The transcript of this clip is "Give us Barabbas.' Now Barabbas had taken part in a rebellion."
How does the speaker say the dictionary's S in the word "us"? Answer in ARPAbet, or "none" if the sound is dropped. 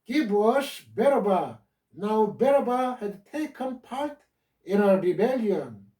SH